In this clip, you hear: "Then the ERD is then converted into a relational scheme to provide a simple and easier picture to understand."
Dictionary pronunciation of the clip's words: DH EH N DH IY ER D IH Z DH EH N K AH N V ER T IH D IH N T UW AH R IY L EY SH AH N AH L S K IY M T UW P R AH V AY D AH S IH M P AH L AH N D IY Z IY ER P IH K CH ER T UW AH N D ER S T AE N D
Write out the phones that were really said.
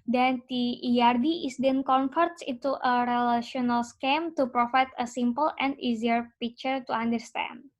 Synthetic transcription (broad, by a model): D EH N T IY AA D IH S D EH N K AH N F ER T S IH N T UW AH R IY L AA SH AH N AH L S K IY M T UW P R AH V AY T AH S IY M P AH L AH N D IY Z IY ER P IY K CH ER T UW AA N D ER S T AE N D